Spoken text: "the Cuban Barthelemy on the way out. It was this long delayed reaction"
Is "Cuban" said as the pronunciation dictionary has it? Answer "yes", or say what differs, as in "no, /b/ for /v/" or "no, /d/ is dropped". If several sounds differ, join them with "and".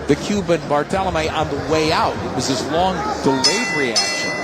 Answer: yes